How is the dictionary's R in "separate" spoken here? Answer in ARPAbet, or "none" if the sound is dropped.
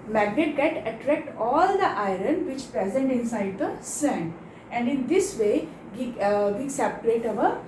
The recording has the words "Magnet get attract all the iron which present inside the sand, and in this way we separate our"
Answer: L